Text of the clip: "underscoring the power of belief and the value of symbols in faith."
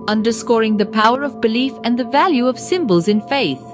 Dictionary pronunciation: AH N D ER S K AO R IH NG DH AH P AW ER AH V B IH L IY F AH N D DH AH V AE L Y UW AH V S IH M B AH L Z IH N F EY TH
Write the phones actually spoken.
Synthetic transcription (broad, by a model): AH N D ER S K AO R IH NG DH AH P AW ER AH V B IH L IY F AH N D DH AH V AE L Y UW AH V S IH M B AH L Z IH N F EY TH